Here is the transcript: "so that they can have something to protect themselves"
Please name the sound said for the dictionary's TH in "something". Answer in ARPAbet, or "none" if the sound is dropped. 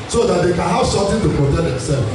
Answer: T